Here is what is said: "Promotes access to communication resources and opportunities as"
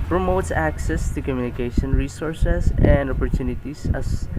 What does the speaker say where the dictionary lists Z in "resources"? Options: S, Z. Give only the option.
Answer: S